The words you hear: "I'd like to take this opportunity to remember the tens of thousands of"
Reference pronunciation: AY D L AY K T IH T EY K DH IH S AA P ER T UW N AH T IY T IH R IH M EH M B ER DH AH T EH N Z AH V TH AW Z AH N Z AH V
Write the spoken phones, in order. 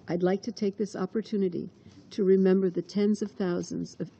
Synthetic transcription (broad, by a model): AY D L AY K T IH T EY K DH IH S AA P ER T UW N AH T IY T IH R IH M EH M B ER DH AH T EH N Z AH V TH AW Z AH N Z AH V